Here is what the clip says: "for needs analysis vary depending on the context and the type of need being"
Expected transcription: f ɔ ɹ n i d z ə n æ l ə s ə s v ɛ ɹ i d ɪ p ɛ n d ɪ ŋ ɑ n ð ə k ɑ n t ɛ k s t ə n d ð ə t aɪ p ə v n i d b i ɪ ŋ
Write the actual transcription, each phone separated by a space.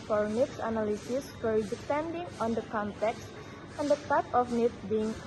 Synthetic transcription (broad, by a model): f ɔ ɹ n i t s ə n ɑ l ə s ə s f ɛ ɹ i d ɪ p ɛ n d ɪ ŋ ɑ n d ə k ɑ n t ɛ k s t ə n d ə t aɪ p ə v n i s b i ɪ ŋ